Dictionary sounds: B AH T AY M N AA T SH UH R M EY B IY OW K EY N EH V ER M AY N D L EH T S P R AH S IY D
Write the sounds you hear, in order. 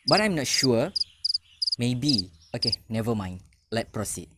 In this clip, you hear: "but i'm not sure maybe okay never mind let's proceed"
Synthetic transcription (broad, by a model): B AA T AY M N AA T SH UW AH M EY B IY OW K EY N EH V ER M AY N L EH T P R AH S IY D